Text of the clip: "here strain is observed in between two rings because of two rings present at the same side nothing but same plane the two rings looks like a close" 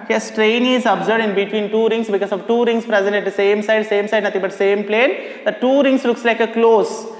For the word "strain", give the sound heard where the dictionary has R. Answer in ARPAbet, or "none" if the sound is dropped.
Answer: R